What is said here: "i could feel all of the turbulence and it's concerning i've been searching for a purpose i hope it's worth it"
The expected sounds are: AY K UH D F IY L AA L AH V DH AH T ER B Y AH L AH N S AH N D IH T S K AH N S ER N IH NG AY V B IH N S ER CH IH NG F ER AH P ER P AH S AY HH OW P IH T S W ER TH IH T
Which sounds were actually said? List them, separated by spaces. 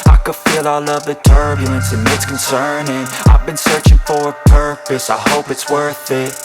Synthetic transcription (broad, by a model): AY K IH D F IY L AA L AH V DH AH T ER B Y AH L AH N S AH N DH IH T S K N S ER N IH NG AY V B IH N S ER CH IH NG F ER AH P ER P AH S AY HH OW P IH T S W ER TH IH T